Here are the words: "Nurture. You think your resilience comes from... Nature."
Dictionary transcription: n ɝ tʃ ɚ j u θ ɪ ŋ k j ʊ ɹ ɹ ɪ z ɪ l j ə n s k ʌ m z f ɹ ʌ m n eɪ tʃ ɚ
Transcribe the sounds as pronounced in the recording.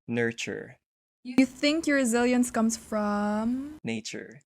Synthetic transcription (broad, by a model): n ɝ tʃ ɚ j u θ ɪ ŋ k j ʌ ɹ ɹ ɪ z ɪ l j ə n s k ʌ m z f ɹ ʌ m n eɪ tʃ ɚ